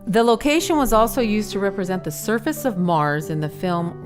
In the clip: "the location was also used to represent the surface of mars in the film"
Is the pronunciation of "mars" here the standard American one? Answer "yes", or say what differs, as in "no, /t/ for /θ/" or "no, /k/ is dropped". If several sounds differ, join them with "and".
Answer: yes